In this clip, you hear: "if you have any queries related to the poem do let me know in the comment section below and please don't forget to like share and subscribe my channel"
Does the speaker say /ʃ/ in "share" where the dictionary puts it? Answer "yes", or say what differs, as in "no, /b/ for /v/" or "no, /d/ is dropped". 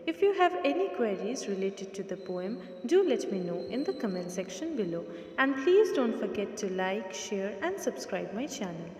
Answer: yes